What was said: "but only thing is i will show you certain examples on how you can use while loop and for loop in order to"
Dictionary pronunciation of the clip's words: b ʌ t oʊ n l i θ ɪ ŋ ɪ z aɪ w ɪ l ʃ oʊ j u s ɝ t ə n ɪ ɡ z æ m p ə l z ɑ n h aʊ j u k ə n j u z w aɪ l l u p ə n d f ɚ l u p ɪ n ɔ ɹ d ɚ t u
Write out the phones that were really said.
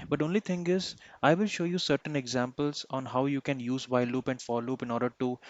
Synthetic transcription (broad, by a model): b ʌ t oʊ n l i t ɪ ŋ ɪ z aɪ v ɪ l ʃ oʊ j u s ɝ t ə n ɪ ɡ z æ m p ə l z ɑ n h aʊ j u k ə n j u z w aɪ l l u p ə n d f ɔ l u p ɪ n ɔ ɹ d ɚ t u